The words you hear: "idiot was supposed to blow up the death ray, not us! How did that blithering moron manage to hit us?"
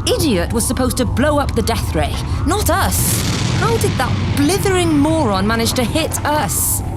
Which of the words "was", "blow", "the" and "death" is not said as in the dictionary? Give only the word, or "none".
none